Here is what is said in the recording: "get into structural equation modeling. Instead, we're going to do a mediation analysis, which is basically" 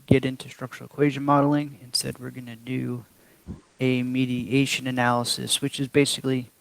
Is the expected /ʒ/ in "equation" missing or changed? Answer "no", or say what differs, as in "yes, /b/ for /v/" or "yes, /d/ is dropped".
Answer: no